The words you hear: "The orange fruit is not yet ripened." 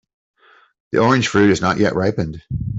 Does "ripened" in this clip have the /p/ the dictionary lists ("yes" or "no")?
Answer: yes